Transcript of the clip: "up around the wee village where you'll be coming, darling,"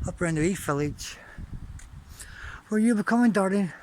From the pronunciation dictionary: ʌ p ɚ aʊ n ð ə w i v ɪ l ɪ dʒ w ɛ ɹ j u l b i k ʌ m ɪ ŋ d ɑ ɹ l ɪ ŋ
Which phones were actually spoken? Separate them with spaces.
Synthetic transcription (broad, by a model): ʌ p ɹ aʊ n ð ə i f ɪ l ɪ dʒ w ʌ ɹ j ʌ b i k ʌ m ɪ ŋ d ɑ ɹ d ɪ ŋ